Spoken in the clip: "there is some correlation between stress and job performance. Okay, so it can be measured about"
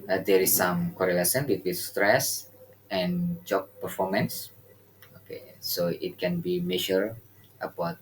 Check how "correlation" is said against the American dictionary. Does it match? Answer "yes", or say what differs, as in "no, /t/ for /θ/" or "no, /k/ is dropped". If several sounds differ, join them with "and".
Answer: no, /s/ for /ʃ/